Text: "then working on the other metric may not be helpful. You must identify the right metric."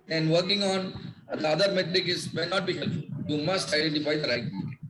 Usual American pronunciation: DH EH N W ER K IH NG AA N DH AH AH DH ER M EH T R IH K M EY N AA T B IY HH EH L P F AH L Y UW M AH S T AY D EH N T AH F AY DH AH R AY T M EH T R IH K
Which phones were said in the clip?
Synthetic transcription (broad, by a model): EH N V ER K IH NG AA N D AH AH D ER M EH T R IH K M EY N AA T B IY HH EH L F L Y UW M AH S T AY D EH N T AH F AY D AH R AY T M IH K